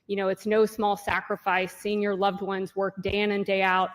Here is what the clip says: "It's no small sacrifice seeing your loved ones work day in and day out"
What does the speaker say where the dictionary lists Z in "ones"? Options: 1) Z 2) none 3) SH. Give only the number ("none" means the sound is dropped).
1